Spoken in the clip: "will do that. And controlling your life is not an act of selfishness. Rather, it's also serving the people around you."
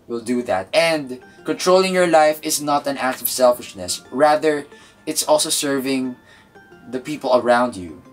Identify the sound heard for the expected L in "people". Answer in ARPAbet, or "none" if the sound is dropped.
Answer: L